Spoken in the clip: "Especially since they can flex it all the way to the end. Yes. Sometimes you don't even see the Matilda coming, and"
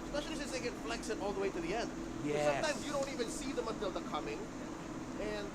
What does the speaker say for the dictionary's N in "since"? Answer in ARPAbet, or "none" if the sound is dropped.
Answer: none